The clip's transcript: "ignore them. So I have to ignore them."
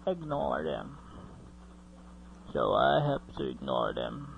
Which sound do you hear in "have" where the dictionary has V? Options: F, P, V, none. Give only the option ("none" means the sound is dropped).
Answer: P